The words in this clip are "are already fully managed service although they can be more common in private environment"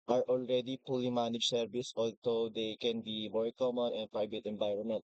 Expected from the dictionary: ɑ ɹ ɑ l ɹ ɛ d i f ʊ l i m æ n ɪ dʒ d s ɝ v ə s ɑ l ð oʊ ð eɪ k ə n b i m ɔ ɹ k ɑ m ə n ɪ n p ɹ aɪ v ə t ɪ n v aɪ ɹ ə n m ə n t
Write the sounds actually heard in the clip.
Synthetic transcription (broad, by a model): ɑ ɹ ɑ l ɹ ɛ d i p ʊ l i m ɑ n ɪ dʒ s ɝ v ə s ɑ l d oʊ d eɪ k ə n b i m ɔ ɹ k ɑ m ə n ɪ n p ɹ aɪ v ə t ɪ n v aɪ ɹ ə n m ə n t